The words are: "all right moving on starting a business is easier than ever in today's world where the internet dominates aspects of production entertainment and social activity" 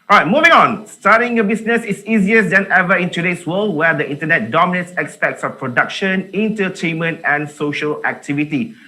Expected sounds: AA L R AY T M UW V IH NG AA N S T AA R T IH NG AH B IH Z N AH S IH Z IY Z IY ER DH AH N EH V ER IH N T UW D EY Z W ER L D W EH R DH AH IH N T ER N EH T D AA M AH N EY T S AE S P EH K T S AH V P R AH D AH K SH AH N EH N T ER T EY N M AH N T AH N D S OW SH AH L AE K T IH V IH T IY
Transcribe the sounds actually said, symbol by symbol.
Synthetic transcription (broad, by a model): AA R AY T M UW V IH NG AA N S T AA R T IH NG AH B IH S N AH S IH S IY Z IY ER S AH N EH V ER IH N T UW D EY S W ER L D W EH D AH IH N T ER N EH T D AA M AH N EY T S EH S P EH K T S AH F P R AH D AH K SH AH N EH N T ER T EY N M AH N T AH N S OW SH AH L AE K T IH V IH T IY